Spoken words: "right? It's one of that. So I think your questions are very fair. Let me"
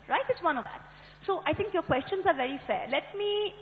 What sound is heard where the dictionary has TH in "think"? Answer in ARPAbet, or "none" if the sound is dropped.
T